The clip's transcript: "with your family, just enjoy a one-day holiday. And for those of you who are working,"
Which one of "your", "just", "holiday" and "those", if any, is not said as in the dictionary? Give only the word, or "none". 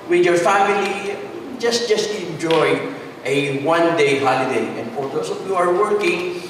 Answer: those